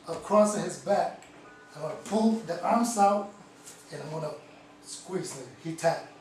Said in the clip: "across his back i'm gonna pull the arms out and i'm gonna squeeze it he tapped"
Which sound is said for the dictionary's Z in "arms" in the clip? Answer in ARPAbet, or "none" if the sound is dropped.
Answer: S